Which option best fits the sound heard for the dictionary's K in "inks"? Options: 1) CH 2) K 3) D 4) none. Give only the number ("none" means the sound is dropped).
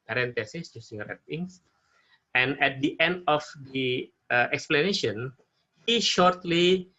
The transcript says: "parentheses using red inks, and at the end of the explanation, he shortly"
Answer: 4